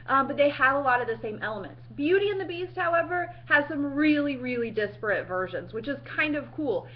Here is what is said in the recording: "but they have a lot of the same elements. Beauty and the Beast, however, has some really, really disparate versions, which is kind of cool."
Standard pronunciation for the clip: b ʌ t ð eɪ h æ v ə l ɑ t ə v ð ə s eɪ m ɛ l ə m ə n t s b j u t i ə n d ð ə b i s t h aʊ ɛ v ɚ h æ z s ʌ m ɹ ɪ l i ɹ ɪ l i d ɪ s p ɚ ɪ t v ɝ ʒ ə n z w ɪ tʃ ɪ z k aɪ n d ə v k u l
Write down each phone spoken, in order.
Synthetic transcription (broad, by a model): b ʌ t ð eɪ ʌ v ə l ɑ t ə v ð ə s eɪ m ɛ l ə m ə n t s b j u t i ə n ð ə b i s t h aʊ ɛ v ɚ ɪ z s ʌ m ɹ ɪ l i ɹ ɪ l i d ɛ s p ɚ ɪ t v ɝ ʒ ə n z w ɪ tʃ ɪ z k aɪ n d ə v k u l